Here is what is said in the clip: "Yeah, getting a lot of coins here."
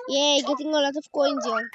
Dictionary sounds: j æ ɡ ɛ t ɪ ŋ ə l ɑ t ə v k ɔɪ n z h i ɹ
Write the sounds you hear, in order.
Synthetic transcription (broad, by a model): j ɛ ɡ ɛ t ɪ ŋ ə l ɑ t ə f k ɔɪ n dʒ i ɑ